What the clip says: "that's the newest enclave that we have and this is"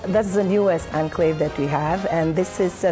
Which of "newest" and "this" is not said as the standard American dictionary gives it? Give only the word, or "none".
newest